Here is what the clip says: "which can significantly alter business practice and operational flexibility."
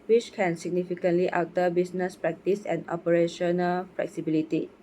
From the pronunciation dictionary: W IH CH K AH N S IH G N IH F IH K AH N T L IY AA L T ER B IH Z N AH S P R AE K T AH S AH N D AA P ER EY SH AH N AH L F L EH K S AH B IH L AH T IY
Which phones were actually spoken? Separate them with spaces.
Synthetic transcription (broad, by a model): W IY CH K AH N S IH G N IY F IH K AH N T L IY AA W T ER B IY S N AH S P R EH K T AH S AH N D AA P ER EY SH AH N AH L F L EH K S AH B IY L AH T IY